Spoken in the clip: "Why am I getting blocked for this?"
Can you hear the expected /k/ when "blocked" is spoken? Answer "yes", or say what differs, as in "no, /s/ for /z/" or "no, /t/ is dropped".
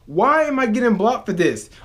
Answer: no, /k/ is dropped